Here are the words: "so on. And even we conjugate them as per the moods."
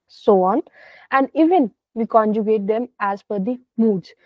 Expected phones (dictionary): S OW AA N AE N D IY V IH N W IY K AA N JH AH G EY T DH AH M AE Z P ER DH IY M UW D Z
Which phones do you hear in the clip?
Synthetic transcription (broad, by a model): S OW AA N AE N D IY V IH N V IY K AA N JH AH G EY T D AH M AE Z F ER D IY M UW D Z